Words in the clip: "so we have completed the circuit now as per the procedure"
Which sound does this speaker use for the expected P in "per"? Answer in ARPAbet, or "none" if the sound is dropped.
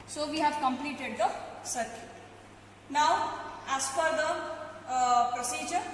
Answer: F